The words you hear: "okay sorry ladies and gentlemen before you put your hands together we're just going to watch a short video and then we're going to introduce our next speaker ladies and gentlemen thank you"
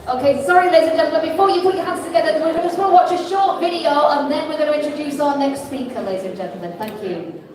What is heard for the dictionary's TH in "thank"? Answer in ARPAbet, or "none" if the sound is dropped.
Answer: TH